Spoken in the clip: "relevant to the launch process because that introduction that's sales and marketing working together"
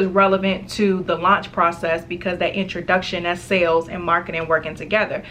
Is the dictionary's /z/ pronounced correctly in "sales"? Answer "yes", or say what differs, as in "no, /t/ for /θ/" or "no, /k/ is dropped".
yes